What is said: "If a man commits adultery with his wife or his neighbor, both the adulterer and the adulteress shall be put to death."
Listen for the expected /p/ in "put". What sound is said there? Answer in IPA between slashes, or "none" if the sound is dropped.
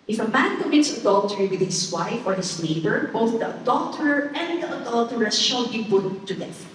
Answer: /b/